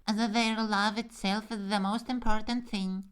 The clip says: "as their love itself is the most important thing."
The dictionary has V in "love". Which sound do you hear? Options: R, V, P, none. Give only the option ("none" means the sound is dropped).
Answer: V